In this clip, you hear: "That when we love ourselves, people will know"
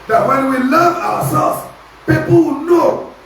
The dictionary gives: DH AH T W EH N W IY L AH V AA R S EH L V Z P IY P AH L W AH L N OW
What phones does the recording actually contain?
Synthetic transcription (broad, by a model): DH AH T W EH N W IY L AH V AA W S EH L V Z P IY P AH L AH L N OW